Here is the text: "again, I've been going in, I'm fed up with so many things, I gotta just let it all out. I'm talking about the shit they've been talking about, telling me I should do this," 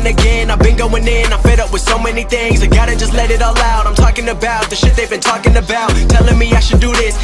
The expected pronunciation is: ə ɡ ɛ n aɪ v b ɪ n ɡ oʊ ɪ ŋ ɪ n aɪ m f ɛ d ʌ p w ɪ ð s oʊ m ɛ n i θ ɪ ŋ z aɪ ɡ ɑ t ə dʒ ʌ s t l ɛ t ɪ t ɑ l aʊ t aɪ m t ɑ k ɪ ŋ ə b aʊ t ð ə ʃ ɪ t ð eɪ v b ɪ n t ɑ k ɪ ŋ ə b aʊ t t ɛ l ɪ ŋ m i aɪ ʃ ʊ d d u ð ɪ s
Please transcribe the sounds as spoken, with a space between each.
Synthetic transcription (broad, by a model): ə ɡ ɛ n aɪ v b ɪ n ɡ oʊ ɪ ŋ ɪ n aɪ f ɛ d ʌ p w ɪ ð s oʊ m ɛ n i θ ɪ ŋ z aɪ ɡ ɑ t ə dʒ ʌ s t l ɛ t ɪ t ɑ l aʊ t aɪ m t ɑ k ɪ ŋ ə b aʊ t ð ə ʃ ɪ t ð eɪ v b ɪ n t ɑ k ɪ ŋ ə b aʊ t t ɛ l ɪ ŋ m i aɪ ʃ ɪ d d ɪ ð ɪ s